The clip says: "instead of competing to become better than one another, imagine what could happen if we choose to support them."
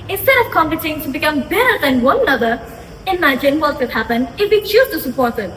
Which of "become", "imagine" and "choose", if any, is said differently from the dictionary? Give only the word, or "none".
choose